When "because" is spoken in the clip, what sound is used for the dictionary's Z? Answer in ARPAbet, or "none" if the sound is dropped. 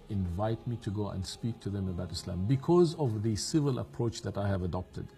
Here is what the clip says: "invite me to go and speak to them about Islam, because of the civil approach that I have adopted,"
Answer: Z